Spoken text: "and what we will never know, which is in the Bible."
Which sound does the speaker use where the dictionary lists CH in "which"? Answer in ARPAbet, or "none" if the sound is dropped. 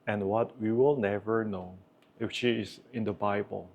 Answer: SH